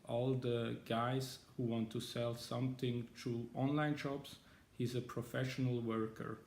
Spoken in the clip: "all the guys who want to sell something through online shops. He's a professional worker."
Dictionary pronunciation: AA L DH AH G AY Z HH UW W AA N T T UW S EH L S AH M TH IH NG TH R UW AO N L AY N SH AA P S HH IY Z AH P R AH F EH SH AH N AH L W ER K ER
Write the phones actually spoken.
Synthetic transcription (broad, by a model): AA L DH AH G AY Z HH UW W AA N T T UW S EH L S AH M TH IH NG T R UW AO N L AY N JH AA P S HH IY Z AH P R AH F EH SH AH N AH L W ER K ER